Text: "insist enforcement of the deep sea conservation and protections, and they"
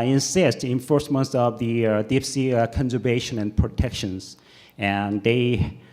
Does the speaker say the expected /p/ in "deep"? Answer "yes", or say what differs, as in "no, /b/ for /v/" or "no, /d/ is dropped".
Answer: no, /f/ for /p/